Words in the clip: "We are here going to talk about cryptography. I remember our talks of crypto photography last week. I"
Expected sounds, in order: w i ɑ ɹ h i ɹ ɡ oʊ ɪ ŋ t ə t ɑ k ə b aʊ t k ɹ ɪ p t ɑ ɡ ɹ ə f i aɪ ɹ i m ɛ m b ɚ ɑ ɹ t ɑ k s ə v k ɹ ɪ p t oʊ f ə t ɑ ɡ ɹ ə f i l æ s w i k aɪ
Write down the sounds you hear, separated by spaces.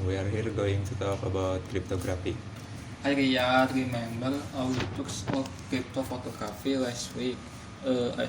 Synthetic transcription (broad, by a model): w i ɑ ɹ h i ɹ ɡ oʊ ɪ ŋ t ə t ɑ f ə b aʊ t k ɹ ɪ p t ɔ ɡ ɹ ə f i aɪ ɹ i m ɛ m b ɚ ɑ w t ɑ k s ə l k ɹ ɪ p t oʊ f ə t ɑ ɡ ɹ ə f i l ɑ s w i k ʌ